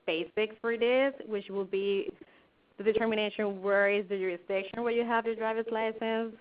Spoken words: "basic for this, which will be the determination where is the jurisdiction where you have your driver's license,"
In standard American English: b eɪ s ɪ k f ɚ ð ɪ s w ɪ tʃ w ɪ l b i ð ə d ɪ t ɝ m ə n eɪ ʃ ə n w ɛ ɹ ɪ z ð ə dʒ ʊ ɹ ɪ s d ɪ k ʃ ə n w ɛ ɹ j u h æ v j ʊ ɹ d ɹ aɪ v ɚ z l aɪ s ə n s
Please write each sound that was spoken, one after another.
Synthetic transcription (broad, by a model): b eɪ s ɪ k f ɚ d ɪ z w ɪ tʃ w ɪ l b i ð ə d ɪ t ɝ m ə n eɪ ʃ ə n w ɛ ɹ ɪ z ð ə dʒ ʊ ɹ ɪ s d ɪ k ʃ ə n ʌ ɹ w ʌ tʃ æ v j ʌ ɹ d ɹ aɪ v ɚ s l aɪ s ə n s